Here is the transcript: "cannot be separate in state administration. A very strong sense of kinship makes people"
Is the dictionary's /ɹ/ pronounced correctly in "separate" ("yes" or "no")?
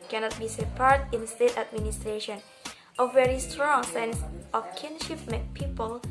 no